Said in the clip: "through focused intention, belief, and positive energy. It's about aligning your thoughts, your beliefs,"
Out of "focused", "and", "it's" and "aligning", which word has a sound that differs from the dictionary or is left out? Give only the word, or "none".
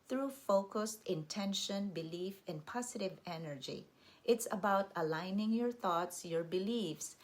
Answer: none